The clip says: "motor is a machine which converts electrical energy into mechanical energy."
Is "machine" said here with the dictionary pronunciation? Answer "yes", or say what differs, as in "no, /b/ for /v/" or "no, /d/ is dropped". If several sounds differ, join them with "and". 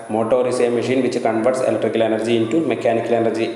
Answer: yes